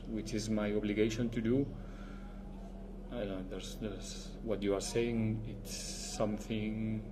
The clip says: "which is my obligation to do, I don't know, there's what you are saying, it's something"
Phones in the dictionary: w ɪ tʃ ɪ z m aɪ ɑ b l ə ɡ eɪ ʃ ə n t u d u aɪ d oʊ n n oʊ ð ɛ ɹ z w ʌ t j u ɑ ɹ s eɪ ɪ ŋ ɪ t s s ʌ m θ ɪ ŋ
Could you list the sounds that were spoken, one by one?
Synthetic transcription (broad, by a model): w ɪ tʃ ɪ z m aɪ ɑ b l ə ɡ eɪ ʃ ə n t u d u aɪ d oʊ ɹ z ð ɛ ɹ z w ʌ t j u ɑ ɹ s eɪ ɪ ŋ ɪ t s s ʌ m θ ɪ ŋ